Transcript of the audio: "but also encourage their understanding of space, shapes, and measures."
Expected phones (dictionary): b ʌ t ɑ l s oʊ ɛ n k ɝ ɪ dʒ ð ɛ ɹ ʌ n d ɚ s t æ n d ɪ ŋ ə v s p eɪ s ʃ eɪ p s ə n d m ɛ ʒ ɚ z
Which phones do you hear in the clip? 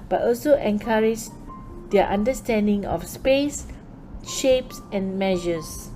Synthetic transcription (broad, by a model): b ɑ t ɑ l s oʊ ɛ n k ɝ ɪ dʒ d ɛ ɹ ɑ n d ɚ s t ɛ n d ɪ ŋ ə f s p eɪ s ʃ eɪ p s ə n m ɛ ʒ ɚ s